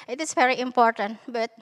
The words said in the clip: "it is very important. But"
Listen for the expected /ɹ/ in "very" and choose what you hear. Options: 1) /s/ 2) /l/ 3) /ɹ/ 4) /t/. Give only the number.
3